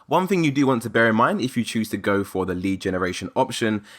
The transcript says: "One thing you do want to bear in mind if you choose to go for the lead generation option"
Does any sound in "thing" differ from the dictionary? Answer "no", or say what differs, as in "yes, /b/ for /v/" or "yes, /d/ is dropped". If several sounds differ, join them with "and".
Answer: no